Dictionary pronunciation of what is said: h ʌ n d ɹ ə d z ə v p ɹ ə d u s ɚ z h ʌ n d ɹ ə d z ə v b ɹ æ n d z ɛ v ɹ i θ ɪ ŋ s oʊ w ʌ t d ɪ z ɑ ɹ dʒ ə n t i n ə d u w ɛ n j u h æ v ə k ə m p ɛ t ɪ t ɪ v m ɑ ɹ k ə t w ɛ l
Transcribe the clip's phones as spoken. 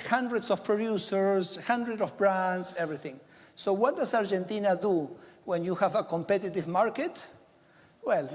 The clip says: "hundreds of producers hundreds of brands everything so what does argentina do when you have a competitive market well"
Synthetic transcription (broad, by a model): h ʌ n d ɹ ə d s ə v p ɹ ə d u s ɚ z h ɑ n d ɹ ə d ə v b ɹ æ n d s ɛ v ɹ i θ ɪ ŋ s oʊ w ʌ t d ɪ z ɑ ɹ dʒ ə n t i n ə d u w ɛ n j u h æ v ə k ə m p ɛ t ɪ t ɪ v m ɑ ɹ k ə t w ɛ l